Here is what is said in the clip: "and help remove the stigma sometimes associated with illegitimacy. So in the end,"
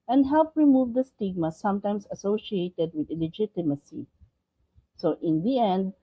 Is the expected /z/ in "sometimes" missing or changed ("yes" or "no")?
yes